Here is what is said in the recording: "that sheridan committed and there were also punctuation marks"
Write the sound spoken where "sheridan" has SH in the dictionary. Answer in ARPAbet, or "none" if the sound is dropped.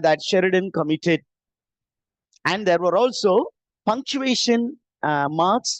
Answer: SH